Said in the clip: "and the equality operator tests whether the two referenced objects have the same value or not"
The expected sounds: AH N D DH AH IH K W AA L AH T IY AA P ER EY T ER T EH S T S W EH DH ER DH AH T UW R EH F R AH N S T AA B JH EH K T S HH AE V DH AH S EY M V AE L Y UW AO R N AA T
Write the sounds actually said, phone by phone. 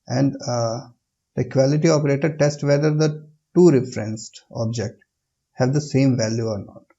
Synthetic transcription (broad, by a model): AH N D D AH K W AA L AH T IY AA P ER EY T ER T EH S T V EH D ER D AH T UW R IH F R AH N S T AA B JH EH K T HH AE V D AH S EY M V AE L Y UW AO R N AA T